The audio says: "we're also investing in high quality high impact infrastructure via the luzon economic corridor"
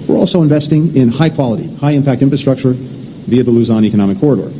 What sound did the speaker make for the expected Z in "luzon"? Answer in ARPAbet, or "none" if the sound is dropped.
Z